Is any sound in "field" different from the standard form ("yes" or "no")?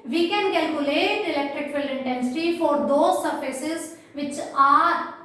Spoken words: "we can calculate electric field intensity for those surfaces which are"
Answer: yes